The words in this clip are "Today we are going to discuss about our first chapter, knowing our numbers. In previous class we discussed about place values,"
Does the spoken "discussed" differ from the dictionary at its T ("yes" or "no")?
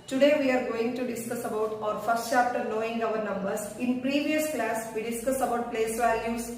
yes